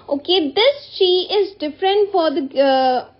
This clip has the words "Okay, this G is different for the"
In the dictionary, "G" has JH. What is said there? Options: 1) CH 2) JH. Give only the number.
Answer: 1